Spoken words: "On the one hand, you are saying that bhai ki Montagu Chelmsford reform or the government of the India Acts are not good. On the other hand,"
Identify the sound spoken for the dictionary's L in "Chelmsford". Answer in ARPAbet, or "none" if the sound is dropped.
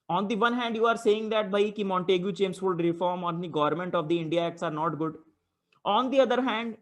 none